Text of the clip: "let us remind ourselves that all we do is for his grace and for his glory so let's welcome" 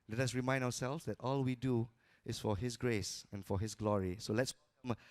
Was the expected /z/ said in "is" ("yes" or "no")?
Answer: no